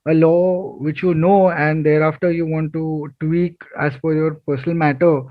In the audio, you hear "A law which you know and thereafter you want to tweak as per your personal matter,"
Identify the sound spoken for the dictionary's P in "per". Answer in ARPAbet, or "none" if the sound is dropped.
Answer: F